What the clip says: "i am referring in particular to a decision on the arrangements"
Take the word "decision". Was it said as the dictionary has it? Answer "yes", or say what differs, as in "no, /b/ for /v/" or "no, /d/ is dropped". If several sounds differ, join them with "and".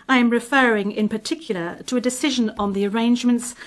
yes